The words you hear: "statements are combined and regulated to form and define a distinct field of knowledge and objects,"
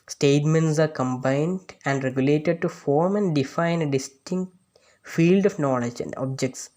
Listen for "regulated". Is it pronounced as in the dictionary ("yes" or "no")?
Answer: yes